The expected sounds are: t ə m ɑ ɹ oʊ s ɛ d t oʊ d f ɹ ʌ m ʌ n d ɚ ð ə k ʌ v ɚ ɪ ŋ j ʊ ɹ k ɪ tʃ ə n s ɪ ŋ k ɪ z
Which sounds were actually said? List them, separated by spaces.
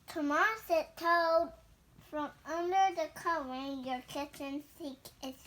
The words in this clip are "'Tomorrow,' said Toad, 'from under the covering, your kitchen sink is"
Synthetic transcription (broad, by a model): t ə m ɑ ɹ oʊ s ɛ t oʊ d f ɹ ʌ m ʌ n d ɚ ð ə k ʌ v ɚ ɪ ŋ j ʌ ɹ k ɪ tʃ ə n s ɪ k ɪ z